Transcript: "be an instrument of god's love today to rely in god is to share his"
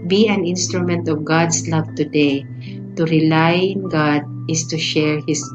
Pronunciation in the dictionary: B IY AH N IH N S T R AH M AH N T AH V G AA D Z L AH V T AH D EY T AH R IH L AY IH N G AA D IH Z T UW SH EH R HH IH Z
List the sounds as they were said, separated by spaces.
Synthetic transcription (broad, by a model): B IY AH N IH N S T R AH M AH N T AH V G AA D S L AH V T AH D EY T AH R IH L AY IH N G AA D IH S T UW SH EH R HH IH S